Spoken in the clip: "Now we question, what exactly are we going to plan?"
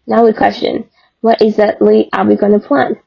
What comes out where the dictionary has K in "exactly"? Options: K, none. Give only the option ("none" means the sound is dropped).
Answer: none